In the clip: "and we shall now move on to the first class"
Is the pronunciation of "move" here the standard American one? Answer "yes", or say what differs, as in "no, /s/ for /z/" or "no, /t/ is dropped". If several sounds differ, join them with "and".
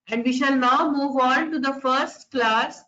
yes